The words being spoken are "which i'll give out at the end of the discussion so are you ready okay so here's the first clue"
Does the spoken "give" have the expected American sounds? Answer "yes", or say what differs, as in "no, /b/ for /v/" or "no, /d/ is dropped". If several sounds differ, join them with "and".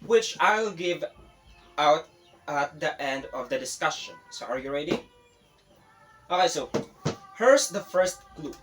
yes